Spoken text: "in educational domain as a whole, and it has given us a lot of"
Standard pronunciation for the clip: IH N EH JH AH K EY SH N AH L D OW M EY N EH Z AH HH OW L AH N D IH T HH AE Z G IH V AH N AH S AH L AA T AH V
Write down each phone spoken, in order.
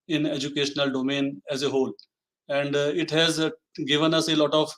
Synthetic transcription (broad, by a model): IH N EH JH AH K EY SH N AH L D OW M EY N EH Z AH HH OW L AH N D IH T HH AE Z G IH V AH N AH S AH L AA T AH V